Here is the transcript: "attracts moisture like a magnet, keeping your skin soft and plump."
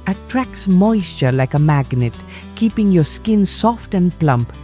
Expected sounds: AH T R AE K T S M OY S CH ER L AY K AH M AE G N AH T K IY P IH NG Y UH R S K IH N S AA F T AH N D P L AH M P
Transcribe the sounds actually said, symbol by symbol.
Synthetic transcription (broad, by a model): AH T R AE K S M OY S CH ER L AY K AH M AE G N AH T K IY P IH NG Y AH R S K IH N S AA F T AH N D P L AH M P